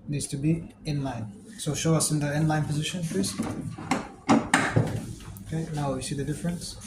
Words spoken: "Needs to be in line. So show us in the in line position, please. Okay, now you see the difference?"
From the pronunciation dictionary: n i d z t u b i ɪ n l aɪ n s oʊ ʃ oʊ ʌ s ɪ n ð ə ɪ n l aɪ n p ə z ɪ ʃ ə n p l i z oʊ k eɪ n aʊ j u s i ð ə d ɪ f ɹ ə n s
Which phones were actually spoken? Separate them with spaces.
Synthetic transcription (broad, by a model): n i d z t u b i ɪ n l aɪ n s oʊ ʃ oʊ ʌ s ɪ n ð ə ɪ n l aɪ n p ə z ɪ ʃ ə n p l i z oʊ k eɪ n aʊ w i s i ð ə d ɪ f ɹ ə n s